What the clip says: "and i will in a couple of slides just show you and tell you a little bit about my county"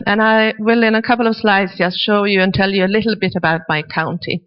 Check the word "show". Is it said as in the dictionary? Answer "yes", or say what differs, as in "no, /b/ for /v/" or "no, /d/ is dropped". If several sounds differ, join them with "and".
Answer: yes